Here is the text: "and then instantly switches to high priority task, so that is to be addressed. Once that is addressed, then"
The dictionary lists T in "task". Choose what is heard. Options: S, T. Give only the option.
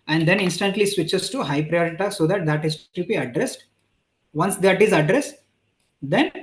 S